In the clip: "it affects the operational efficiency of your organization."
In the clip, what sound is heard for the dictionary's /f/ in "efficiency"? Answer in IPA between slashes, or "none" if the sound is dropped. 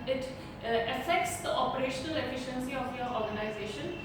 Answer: /f/